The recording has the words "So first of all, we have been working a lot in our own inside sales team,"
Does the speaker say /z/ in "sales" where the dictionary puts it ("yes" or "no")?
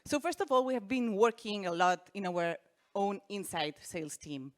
no